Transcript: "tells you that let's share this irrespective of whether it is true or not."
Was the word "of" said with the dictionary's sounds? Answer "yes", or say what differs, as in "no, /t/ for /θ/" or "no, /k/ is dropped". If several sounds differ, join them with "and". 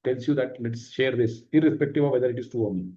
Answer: yes